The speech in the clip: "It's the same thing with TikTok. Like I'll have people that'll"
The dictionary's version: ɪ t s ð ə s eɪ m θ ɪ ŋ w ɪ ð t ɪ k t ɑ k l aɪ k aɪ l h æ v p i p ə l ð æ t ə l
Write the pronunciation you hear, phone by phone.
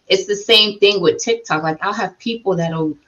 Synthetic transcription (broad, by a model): ɪ t s ð ə s eɪ m θ ɪ ŋ w ɪ ð t ɪ k t ɑ k l aɪ k aɪ l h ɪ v p i p l ð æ t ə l